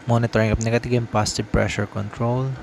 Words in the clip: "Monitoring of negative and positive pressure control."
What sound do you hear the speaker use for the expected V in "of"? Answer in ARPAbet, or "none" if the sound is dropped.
P